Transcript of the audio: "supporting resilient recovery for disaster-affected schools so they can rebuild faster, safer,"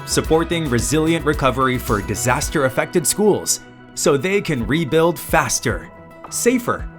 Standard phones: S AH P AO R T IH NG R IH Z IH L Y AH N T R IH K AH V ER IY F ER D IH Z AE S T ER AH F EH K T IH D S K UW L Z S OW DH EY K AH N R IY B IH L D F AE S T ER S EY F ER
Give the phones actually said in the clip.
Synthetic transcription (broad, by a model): S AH P AO R T IH NG R IH Z IH L Y AH N T R IH K AH V ER IY F ER D IH Z AE S T ER AH F EH K T IH D S K UW L Z S OW DH EY K AH N R IY B IH L D F AE S T ER S EY F ER